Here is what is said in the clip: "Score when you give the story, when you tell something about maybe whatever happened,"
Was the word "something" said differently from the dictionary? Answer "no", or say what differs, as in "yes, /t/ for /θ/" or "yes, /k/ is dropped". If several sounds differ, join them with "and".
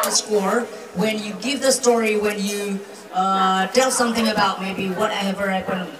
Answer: no